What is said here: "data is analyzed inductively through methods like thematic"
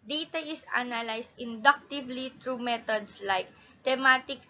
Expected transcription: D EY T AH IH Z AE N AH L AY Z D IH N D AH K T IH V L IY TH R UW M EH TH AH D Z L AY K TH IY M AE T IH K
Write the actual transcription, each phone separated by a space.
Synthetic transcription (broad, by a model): D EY T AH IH S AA N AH L AY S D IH N D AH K T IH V L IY T R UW M EH T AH D S L AY K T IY M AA T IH K